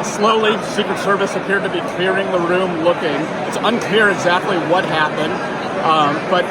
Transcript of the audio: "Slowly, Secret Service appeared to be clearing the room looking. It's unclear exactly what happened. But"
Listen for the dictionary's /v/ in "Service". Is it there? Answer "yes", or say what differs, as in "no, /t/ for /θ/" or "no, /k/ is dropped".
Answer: yes